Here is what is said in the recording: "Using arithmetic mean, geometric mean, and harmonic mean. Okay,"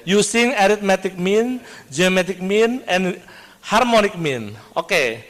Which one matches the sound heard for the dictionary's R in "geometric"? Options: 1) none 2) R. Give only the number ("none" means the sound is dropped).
1